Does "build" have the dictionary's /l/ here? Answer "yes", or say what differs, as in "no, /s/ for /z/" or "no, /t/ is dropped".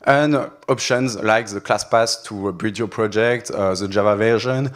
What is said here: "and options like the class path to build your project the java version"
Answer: no, /l/ is dropped